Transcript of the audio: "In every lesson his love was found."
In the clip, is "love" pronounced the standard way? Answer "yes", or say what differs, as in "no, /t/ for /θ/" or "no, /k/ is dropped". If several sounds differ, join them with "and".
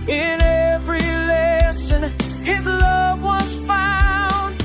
yes